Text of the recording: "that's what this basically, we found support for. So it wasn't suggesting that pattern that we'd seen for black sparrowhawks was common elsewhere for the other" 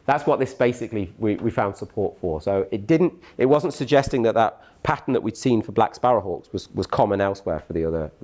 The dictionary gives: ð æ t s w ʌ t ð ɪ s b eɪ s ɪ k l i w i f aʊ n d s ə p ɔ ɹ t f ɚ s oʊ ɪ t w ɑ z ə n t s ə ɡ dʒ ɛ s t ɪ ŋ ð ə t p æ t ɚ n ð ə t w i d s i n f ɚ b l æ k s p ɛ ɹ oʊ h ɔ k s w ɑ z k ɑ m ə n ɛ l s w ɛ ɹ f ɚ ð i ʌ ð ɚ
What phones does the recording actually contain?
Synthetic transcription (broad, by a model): ð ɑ t s w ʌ t ð ɪ s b eɪ s ɪ k l i w i f aʊ n d s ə p ɔ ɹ t f ɚ s oʊ ɪ t w ɑ z ə n t s ə ɡ dʒ ɛ s t ɪ ŋ ð ə t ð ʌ t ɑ n ð ə t w i d s i n f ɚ b l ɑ k s p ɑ ɹ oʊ h ɔ k s w ɑ z k ɑ m ə n ɛ l s w ɛ ɹ f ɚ ð i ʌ ð ɚ